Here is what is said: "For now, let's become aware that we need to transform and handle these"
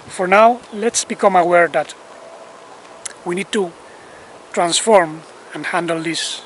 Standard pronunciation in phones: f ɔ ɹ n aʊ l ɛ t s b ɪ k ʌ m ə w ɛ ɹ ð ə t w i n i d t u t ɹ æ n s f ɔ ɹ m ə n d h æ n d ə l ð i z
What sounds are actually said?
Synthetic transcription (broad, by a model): f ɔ ɹ n aʊ l ɛ t s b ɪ k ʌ m ə w ɛ ɹ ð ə t w i n i d t u t ɹ æ n s f ɔ ɹ m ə n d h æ n d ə l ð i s